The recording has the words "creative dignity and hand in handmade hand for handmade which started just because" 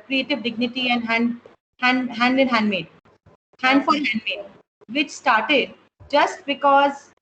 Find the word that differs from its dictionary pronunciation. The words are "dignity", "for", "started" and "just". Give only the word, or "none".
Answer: for